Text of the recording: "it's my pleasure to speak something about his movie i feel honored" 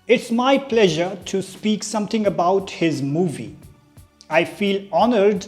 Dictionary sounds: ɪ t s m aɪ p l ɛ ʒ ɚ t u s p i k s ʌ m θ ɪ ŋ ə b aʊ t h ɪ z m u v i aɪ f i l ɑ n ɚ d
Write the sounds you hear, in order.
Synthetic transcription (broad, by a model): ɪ t s m aɪ p l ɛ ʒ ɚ t u s p i k s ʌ m t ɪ ŋ ə b aʊ t h ɪ z m u v i aɪ f i l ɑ n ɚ d